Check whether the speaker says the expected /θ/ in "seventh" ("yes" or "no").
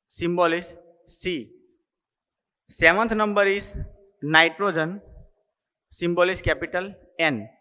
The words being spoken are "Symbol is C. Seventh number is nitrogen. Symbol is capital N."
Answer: no